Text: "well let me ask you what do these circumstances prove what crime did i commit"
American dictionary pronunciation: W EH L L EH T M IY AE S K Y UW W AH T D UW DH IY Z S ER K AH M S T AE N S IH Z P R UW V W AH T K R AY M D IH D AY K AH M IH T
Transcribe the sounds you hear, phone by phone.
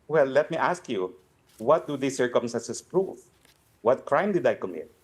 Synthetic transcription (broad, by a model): W EH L L EH T M IY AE S K Y UW W AH T D UW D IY S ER K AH M S T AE N S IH S P R UW F W AH T K R AY M D IH D AY K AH M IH T